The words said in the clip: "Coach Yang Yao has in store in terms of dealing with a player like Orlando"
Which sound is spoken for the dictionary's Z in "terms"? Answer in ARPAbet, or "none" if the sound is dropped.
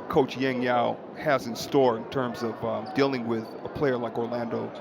Z